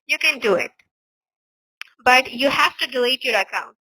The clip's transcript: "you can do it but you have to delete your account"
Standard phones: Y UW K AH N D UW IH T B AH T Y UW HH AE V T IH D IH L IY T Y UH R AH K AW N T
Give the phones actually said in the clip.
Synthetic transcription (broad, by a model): Y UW K AH N D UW IH T B AH T Y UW HH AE F T IH D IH L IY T Y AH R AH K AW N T